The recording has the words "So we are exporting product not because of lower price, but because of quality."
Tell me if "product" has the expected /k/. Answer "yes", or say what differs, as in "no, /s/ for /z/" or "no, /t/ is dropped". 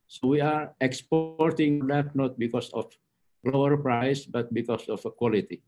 no, /k/ is dropped